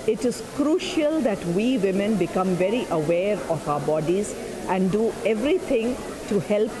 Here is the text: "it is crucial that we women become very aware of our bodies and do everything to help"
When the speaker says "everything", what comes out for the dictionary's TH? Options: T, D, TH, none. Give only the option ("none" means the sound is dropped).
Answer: T